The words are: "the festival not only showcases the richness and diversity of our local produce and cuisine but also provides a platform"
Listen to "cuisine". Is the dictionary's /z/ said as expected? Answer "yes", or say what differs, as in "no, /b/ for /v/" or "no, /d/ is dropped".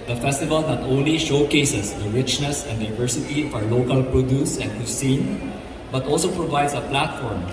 no, /s/ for /z/